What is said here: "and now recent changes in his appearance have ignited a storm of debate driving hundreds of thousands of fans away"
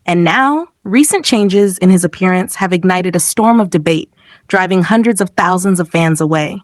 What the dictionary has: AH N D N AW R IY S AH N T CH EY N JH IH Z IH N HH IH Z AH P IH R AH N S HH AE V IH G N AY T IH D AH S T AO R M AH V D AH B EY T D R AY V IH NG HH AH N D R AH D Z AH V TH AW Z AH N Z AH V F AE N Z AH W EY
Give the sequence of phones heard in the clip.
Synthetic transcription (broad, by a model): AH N N AW R IY S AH N CH EY N JH IH Z IH N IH Z AH P IH R AH N S HH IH V IH G N AY T IH D AH S T AO R M AH V D AH B EY T D R AY V IH NG HH AH N D R AH D Z AH V TH AW Z AH N Z AH V F AE N Z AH W EY